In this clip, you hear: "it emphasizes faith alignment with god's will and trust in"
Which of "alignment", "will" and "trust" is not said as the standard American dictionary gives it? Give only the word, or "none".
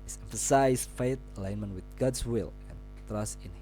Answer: none